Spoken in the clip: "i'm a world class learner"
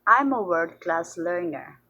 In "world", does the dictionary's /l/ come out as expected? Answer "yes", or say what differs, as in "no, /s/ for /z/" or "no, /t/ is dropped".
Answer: no, /l/ is dropped